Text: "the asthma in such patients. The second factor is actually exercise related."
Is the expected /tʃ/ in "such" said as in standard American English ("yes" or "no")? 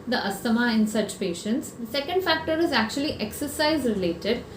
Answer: yes